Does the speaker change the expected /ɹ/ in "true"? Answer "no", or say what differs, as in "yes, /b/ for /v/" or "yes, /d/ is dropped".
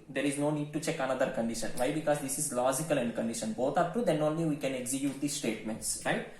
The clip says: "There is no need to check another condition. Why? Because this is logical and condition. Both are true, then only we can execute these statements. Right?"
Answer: yes, /ɹ/ is dropped